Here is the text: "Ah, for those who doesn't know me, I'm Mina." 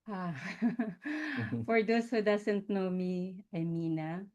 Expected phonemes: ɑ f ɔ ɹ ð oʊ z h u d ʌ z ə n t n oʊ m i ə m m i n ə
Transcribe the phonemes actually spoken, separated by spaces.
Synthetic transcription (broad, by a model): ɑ f ɔ ɹ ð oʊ s h u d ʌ s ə n t n oʊ m i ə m m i n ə